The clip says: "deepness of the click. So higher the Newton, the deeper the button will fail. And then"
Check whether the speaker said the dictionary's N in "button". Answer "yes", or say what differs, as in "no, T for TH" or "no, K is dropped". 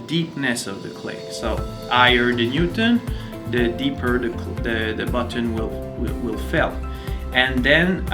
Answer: no, L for N